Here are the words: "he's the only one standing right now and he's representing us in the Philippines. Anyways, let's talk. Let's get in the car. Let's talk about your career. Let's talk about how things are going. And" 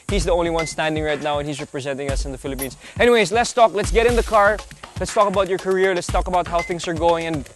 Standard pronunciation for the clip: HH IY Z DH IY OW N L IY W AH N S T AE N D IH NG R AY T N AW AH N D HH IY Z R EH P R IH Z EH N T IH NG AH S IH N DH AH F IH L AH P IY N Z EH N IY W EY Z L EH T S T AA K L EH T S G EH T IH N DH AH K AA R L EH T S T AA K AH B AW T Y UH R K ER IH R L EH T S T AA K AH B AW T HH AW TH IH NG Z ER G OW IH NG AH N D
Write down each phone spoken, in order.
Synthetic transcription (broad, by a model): HH IY Z DH IY OW N L IY W AH N S T AE N D IH NG R AY T N AW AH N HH IY Z R EH P R IH Z EH N T IH NG AH S IH N DH AH F IH L AH P IY N Z EH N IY W EY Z L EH T S T AA K L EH T S G EH T IH N DH AH K AA R L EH T S T AA K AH B AW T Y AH R K ER IH R L EH T S T AA K AH B AW T HH AW TH IH NG Z ER G OW IH NG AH N